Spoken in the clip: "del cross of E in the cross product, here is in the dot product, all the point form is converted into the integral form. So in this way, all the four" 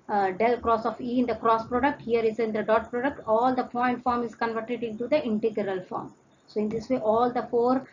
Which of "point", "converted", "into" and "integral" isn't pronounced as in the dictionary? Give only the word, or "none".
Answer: point